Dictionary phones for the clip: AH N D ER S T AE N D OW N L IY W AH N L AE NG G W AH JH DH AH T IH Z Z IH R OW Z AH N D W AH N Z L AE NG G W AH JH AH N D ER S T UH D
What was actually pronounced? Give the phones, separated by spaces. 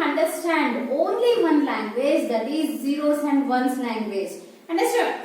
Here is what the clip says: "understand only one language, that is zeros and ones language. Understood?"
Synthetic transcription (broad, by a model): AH N D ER S T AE N D OW N L IY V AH N L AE NG G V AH JH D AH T IH Z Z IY R OW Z AH N D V AH N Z L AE NG G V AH JH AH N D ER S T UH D